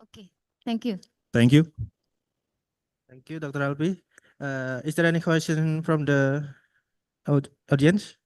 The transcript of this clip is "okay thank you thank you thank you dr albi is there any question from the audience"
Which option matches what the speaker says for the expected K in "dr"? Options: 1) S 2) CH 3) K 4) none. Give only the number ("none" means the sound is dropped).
3